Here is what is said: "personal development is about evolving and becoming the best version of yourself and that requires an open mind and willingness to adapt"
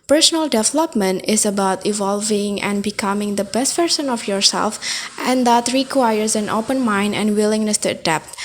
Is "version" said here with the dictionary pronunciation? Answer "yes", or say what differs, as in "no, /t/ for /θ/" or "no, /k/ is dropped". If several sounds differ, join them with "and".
no, /p/ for /v/ and /s/ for /ʒ/